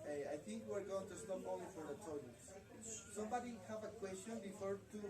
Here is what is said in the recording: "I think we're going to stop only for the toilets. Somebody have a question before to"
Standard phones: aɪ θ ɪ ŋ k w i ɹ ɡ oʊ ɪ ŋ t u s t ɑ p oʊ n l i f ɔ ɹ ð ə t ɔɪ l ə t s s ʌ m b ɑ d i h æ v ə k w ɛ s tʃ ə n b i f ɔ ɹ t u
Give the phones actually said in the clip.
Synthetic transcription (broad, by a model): aɪ θ ɪ ŋ k w i ɹ ɡ oʊ ɪ ŋ t u s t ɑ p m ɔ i f ɔ ɹ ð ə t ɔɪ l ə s s ʌ m b ɑ d i h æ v ə k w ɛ s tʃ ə n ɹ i f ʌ ɹ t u